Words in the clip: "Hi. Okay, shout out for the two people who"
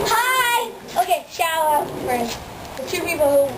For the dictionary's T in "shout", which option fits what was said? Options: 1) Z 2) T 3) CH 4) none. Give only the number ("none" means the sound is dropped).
4